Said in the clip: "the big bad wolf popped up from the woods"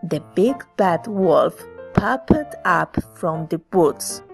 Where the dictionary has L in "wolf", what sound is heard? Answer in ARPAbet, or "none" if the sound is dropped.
L